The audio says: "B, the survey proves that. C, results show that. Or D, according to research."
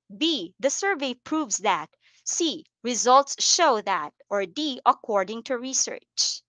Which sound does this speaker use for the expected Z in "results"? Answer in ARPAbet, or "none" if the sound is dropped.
Z